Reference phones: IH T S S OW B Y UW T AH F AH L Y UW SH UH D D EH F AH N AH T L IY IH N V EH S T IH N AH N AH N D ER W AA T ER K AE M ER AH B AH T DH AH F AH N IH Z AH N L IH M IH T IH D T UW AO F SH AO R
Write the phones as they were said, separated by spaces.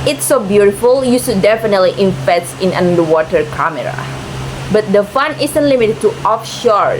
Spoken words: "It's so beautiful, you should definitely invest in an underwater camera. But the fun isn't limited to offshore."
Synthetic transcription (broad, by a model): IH T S S OW B Y UW T AH F AH L Y UW S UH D D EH F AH N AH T L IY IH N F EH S IH N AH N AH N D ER W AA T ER K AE M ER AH B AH T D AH F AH N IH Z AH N L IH M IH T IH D T UW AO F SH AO R